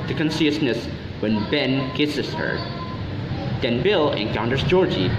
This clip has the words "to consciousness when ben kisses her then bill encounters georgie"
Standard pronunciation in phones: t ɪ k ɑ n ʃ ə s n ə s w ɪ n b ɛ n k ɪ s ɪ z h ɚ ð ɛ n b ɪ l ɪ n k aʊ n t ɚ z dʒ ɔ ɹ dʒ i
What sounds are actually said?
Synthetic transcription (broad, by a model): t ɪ k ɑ n s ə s n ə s w ɪ n b ɛ n k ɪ s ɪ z h ɚ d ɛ n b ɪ l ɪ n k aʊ n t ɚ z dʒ ɔ ɹ dʒ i